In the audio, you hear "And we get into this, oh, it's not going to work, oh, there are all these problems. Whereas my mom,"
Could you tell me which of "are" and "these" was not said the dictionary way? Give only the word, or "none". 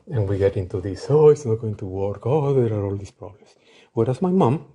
these